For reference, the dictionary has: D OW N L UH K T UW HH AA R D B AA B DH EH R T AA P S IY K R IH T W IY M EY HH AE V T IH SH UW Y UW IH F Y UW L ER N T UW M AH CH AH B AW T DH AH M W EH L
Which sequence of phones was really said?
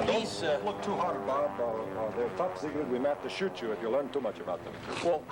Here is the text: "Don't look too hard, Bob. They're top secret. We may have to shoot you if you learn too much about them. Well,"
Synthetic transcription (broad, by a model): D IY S L UH K T UW HH AA R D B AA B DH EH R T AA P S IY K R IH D W IY M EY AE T T IH SH UW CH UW IH F Y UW L ER N T UW M AH CH AH B AW T DH AH M W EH L